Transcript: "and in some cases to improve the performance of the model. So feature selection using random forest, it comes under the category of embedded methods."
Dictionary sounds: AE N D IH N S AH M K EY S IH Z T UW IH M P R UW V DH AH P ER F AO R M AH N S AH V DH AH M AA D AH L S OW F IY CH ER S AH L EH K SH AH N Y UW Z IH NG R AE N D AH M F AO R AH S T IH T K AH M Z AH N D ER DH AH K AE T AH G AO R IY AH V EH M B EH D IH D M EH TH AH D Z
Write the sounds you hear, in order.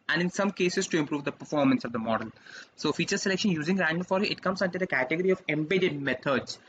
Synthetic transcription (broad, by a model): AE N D IH N S AH M K EY S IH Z T UW IH M P R UW V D AH P ER F AO R M AH N S AH V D AH M AA D AH L S OW F IY CH ER S AH L EH K SH AH N Y UW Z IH NG R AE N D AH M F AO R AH T IH T K AH M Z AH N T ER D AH K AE T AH G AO R IY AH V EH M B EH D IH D M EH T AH D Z